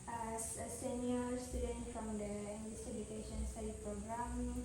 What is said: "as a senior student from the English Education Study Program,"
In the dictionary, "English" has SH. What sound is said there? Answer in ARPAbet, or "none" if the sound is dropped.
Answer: S